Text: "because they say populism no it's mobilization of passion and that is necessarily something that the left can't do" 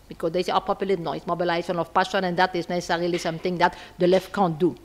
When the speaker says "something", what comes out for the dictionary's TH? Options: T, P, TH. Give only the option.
T